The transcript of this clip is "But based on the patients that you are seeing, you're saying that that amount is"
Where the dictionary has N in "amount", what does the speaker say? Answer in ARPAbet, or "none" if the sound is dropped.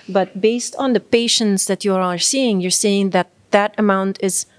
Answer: N